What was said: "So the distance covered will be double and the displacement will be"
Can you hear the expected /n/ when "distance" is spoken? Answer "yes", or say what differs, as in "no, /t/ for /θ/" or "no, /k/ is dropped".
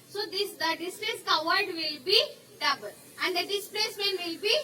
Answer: no, /n/ is dropped